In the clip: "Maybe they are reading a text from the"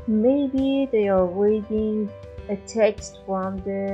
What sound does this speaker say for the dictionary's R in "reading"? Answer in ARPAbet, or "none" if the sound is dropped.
W